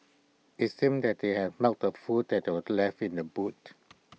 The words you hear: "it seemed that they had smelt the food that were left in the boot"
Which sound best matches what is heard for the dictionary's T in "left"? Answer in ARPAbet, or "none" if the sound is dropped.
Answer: none